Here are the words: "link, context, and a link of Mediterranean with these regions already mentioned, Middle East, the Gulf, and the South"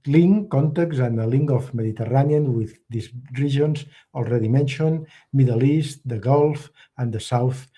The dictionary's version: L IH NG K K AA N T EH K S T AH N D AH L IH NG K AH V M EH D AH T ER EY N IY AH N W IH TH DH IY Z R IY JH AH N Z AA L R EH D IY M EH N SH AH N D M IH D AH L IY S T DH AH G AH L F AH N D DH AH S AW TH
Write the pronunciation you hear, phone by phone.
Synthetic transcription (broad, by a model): L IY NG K K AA N T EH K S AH N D AH L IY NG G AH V M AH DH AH T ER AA N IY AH N W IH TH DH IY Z R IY ZH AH N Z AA L R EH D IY M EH N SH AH N M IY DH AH L IY S T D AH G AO L F AH N D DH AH S AW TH